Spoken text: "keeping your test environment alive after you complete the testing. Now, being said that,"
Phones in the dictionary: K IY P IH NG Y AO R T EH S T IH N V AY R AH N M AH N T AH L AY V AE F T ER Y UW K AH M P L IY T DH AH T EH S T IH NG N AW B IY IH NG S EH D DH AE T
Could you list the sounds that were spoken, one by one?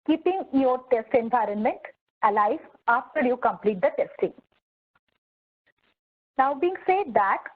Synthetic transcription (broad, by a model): K IY P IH NG Y AO R T EH S T IH N V AY R AH N M AH N T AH L AY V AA F T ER Y UW K AH M P L IY T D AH T EH S T IH NG N AW B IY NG S EH D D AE T